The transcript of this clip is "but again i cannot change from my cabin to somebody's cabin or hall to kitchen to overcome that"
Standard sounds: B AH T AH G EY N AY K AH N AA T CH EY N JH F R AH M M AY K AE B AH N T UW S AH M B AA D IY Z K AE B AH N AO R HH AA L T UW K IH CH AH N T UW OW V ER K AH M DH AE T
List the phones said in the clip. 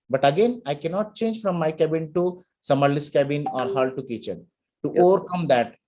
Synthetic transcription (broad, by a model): B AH T AH G EY N AY K AH N AA T CH EY N JH F R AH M M AY K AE B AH N T UW S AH M AA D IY S K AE B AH N AO R HH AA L T UW K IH CH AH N T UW OW V ER K AH M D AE T